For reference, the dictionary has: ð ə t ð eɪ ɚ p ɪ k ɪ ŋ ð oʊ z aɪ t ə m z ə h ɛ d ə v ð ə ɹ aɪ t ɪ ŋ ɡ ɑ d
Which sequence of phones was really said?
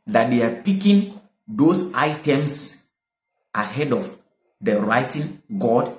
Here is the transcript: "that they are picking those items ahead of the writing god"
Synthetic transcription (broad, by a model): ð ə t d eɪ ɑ p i k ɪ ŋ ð oʊ s aɪ t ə m s ə h ɛ d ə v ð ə ɹ aɪ t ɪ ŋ ɡ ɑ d